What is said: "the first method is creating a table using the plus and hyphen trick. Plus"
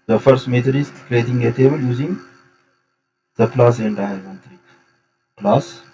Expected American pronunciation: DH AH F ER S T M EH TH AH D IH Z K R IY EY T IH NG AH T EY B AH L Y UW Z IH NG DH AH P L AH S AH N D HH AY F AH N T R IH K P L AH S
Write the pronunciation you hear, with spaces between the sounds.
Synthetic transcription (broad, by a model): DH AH F ER S T M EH T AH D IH S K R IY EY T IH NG AH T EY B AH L Y UW Z IH NG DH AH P L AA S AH N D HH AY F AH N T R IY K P L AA S